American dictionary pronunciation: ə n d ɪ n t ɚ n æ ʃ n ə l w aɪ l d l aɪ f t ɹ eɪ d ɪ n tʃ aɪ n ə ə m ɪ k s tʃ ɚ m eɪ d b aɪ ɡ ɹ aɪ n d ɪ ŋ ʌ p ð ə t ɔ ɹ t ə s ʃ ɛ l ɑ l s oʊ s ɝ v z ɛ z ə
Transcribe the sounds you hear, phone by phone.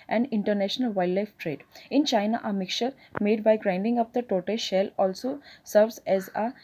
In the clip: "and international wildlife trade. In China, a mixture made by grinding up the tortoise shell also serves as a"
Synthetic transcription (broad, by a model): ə n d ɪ n t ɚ n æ ʃ n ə l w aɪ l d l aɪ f t ɹ eɪ d ɪ n tʃ aɪ n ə ə m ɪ k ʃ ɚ m eɪ d b aɪ ɡ ɹ aɪ n d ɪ ŋ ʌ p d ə t ɔ t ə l ʃ ɛ l ɑ l s oʊ s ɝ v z ɛ z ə